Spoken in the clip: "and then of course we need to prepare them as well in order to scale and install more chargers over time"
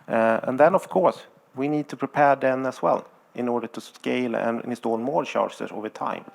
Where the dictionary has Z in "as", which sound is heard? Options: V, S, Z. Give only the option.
S